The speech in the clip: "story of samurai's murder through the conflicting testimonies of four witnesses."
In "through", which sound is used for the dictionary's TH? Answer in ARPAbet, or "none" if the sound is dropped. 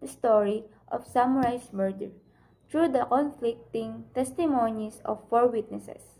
T